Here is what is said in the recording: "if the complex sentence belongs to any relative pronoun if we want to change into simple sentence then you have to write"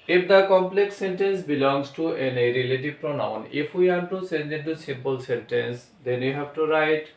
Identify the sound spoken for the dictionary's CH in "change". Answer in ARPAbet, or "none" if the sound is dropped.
S